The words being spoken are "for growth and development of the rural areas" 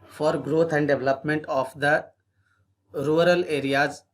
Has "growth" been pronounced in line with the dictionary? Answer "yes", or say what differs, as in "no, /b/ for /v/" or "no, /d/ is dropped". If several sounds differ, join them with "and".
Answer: no, /t/ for /θ/